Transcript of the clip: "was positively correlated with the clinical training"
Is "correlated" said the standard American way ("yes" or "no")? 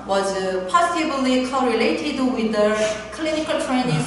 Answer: yes